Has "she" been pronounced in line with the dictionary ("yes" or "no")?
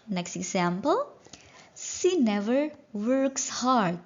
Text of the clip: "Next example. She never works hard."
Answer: no